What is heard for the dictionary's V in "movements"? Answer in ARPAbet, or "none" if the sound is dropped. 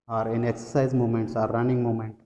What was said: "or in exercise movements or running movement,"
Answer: none